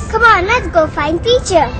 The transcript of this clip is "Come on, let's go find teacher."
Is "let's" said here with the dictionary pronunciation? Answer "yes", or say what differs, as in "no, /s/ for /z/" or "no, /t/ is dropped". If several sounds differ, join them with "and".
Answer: no, /s/ is dropped